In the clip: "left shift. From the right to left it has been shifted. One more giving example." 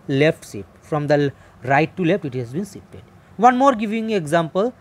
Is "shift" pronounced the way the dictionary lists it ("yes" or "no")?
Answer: no